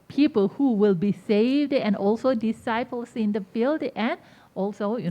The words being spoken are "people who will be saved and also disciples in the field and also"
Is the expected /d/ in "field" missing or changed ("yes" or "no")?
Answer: no